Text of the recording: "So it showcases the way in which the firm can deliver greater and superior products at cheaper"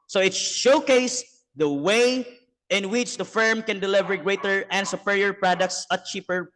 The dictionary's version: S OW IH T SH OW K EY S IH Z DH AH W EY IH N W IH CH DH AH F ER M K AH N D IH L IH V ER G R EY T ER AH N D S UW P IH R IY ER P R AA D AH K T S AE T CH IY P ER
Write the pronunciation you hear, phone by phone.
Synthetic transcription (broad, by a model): S OW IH T SH OW K EY IH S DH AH W EY IH N W IH CH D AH F ER M K AH N D IH L IH V ER G R EY T ER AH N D S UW P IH R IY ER P R AA D AH K T S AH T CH IY P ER